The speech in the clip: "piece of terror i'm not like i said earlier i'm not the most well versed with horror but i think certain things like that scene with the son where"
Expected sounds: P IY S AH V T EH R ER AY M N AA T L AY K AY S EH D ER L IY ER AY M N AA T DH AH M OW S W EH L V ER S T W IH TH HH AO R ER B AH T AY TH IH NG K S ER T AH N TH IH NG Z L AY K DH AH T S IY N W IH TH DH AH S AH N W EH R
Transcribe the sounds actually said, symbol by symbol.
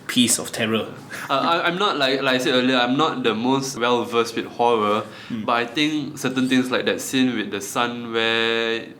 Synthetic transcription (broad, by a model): P IY S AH F T EH R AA AY M N AA T L AY K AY S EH ER L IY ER AY M N AA T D AH M OW S W EH L V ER S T W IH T HH AO R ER B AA T AY T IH NG K S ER T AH N T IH NG S L AY K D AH T S IY N W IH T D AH S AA N W EH